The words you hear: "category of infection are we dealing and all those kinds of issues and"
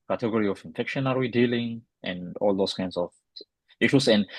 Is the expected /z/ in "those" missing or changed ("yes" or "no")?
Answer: yes